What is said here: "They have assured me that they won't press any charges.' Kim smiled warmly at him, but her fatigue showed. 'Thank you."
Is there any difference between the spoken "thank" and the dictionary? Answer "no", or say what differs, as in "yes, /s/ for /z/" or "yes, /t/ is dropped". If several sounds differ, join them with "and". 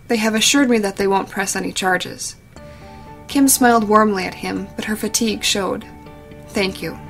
no